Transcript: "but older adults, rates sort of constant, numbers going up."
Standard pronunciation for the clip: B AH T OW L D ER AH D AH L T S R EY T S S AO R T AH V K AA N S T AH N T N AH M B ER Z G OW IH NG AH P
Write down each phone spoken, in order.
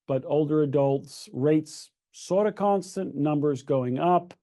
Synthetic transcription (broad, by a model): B AH T OW L D ER AH D AH L T S R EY T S S AO R T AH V K AA N S T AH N N AH M B ER Z G OW IH NG AH P